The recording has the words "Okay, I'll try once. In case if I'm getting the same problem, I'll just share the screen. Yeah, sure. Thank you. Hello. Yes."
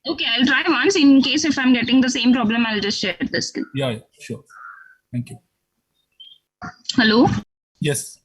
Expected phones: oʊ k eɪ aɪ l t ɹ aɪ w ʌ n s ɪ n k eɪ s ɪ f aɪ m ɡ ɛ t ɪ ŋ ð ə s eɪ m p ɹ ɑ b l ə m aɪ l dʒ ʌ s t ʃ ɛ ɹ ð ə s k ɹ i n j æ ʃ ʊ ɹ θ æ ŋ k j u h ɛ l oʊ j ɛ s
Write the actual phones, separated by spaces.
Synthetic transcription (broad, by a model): oʊ k eɪ aɪ l t ɹ aɪ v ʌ n s ɪ n k eɪ s ɪ f aɪ m ɡ ɛ t ɪ ŋ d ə s eɪ m p ɹ ɑ b l ə m aɪ l dʒ ʌ s t ʃ ɛ ɹ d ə s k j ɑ j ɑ ʃ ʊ ɹ t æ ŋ k j u h ɛ l oʊ j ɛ s